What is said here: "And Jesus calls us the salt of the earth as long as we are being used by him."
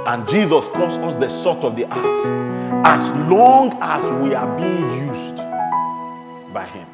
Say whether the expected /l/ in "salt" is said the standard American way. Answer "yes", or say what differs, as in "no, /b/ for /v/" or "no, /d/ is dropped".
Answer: no, /l/ is dropped